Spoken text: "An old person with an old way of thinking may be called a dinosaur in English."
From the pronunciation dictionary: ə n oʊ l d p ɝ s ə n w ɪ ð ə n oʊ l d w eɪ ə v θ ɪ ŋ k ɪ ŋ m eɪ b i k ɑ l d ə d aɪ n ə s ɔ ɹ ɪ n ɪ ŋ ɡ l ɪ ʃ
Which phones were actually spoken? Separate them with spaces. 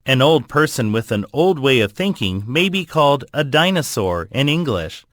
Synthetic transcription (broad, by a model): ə n oʊ l d p ɝ s ə n w ɪ ð ə n oʊ l d w eɪ ə v θ ɪ ŋ k ɪ ŋ m eɪ b i k ɑ l d ə d aɪ n ə s ɔ ɹ ɪ n ɪ ŋ ɡ l ɪ ʃ